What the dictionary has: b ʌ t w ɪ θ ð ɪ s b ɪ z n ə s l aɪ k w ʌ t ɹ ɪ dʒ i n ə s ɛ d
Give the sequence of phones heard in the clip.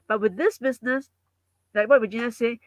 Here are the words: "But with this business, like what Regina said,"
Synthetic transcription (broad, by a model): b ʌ t w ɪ ð ɪ s b ɪ z n ə s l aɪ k w ʌ t w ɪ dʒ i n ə s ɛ